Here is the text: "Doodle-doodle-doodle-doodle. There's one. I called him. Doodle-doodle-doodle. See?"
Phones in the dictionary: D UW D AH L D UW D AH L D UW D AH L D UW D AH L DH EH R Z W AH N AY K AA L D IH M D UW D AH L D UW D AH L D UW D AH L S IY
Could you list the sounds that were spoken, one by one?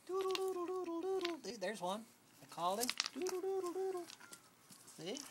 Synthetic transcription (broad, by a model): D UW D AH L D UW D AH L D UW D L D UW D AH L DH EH R Z W AH N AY K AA L IH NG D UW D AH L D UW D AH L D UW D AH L S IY